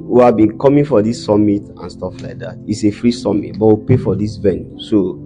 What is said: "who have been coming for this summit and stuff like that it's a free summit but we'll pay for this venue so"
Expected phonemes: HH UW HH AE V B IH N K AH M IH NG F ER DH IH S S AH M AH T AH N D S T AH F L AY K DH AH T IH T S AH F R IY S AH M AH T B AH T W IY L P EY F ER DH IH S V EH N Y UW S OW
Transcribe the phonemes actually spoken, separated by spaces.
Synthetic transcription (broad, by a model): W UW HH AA V B IH N K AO M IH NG F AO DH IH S S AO M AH T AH N S T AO F L AY K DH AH T IH T S AH F R IY S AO M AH T B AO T W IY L P EY F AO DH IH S V EH N Y UW S OW